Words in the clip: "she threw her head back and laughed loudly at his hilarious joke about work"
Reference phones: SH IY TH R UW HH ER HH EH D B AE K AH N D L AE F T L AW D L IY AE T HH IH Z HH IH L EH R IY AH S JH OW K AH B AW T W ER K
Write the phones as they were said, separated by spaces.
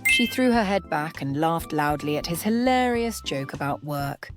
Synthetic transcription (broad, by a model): SH IY TH R UW ER HH EH D B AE K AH N L AE F T L AW D L IY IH T HH IH Z HH IH L EH R IY AH S JH OW K AH B AW T W ER K